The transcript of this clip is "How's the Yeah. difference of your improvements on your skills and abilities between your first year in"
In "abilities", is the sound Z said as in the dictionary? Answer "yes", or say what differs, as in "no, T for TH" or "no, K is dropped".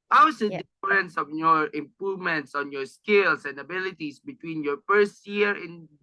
no, S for Z